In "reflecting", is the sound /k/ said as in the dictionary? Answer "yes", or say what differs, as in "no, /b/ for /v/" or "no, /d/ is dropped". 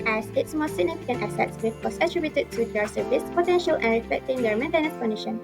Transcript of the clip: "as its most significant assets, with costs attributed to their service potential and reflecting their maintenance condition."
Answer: yes